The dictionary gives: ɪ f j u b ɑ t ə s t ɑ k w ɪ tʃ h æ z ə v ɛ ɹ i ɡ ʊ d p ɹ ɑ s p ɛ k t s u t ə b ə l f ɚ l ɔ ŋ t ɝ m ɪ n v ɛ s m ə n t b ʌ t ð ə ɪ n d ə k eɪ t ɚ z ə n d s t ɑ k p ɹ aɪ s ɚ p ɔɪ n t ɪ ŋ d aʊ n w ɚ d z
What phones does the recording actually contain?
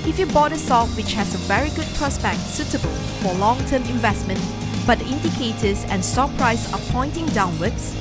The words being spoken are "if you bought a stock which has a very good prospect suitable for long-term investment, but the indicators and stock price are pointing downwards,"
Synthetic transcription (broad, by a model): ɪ f j u b ɑ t ə s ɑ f w ɪ tʃ h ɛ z ə v ɛ ɹ i ɡ ʊ d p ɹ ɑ s b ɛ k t s u t ə b ə l f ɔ l ɔ ŋ t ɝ m ɪ n v ɛ s m ə n t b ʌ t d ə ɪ n d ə k eɪ t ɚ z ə n s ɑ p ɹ aɪ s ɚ p ɔɪ n t ɪ ŋ d aʊ n w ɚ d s